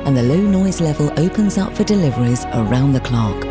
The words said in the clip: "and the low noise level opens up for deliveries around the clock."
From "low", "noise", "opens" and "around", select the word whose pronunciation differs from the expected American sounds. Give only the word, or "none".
none